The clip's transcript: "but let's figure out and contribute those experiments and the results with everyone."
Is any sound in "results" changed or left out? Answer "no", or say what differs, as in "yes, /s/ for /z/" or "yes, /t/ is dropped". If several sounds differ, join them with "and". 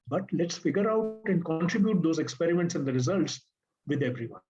no